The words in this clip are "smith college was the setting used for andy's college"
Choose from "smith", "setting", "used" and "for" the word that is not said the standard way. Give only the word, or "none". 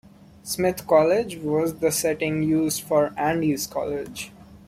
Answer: smith